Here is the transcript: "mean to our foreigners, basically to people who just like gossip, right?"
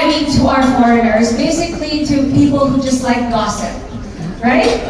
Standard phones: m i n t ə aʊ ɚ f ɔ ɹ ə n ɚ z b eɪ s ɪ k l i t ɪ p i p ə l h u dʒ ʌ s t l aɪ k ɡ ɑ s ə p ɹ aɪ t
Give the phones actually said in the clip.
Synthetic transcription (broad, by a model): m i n t ə aʊ ɚ f ɔ ɹ ə n ɚ z b eɪ s ɪ k l i t ɪ p i p l h u dʒ ʌ s t l aɪ k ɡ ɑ s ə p ɹ aɪ t